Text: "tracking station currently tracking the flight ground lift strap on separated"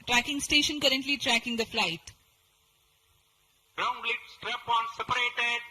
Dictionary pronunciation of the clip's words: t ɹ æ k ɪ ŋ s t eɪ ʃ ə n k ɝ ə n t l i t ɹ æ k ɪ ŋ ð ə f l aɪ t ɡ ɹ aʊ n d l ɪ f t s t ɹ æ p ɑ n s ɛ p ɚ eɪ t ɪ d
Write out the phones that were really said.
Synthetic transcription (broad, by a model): t ɹ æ k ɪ ŋ s t eɪ ʃ ə n k ɝ ə n t l i t ɹ æ k ɪ ŋ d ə f l aɪ t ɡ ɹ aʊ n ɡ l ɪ t s t ɹ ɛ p ɑ n s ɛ p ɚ eɪ t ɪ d